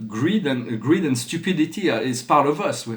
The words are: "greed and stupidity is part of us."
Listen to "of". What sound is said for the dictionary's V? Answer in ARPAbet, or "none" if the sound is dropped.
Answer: V